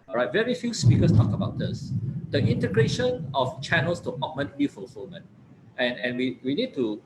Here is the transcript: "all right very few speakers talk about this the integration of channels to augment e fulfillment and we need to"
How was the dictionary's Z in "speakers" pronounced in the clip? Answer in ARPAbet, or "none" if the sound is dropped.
S